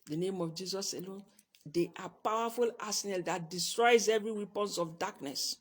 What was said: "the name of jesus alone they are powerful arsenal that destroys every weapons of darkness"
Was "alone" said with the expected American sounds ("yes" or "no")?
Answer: yes